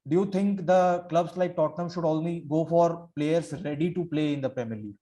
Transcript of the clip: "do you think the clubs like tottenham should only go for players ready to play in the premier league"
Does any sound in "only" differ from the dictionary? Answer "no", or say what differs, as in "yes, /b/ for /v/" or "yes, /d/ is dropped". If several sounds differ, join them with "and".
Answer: yes, /l/ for /n/